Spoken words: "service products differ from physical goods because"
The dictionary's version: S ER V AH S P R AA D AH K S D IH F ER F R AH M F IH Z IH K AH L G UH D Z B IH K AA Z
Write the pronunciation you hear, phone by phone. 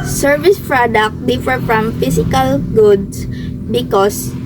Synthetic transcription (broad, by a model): S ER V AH S P R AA D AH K D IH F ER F R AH M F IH S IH K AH L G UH D S B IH K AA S